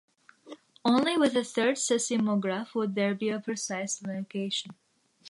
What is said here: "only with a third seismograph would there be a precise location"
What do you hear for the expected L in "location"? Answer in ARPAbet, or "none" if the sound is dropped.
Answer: N